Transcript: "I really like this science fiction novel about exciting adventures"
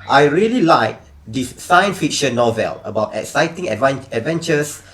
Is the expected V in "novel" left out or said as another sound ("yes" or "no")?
no